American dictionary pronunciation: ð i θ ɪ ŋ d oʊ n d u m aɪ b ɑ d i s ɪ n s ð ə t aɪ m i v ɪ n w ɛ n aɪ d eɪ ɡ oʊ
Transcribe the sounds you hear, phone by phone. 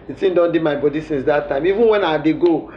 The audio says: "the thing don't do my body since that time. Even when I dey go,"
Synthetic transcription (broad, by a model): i s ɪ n d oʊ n d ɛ m aɪ b ɑ d i s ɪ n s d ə t aɪ m i v ɪ n w ɛ n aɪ d eɪ ɡ oʊ